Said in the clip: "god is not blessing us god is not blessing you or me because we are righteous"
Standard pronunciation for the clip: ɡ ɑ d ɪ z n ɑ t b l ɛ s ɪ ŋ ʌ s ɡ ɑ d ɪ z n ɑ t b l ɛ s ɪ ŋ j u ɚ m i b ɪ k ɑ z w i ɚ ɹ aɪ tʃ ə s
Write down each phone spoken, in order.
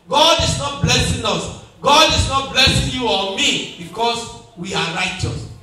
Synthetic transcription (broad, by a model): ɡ ɑ d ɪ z n ɑ t b l ɛ s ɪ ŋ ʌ s ɡ ɑ d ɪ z n ɑ t b l ɛ s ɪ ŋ j u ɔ m i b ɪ k ɑ s w i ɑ ɹ aɪ tʃ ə s